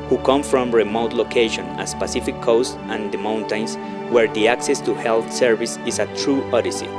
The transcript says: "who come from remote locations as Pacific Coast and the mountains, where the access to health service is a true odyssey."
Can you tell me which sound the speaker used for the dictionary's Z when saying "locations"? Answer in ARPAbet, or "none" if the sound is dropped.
none